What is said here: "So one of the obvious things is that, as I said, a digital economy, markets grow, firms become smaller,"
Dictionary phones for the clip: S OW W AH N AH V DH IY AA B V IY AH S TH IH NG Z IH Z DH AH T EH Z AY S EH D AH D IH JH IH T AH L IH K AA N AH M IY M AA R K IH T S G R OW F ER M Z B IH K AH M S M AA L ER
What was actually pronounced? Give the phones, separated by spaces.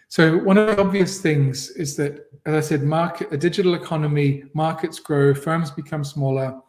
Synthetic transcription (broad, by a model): S OW W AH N AH V DH IY AA B V IY AH S TH IH NG Z IH Z DH AH T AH Z AY S EH D AH D IH JH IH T L IH K AA N AH M IY M AA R K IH T S G R OW F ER M Z B IH K AH M S M AA L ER